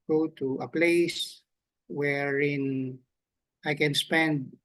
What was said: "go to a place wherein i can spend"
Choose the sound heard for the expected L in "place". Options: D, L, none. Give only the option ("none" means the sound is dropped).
L